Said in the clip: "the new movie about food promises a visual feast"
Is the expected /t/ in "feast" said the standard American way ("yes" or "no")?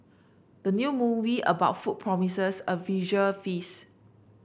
no